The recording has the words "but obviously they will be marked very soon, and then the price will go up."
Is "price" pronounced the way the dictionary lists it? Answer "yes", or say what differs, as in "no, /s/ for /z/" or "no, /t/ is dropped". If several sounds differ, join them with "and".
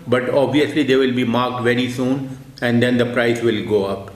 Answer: yes